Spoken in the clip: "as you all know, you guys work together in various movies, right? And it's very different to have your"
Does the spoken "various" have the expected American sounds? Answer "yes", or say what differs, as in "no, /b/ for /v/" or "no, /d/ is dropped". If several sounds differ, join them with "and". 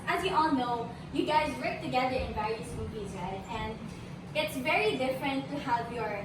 no, /ɹ/ is dropped